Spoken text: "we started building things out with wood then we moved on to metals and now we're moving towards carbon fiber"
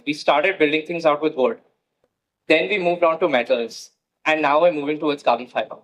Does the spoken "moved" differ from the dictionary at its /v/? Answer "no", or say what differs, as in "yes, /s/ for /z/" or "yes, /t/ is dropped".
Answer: no